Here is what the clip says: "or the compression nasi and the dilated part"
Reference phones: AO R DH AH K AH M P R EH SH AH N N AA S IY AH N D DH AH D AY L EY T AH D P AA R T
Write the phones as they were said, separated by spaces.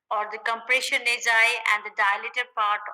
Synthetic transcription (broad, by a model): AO R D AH K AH M P R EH SH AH N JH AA IY AH N D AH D AY L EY T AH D P AA R T